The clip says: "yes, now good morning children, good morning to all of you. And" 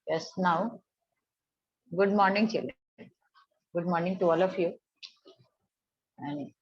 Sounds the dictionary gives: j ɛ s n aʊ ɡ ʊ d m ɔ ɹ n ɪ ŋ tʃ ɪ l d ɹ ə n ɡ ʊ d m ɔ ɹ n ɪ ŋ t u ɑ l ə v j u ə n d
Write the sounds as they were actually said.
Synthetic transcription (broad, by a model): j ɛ s n aʊ ɡ ʊ d m ɔ ɹ n ɪ ŋ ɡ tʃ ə l ɡ ʊ d m ɔ ɹ n ɪ ŋ t u ɑ l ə f j u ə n